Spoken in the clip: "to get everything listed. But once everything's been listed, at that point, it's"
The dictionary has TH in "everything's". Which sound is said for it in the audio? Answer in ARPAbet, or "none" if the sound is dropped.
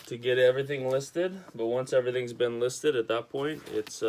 TH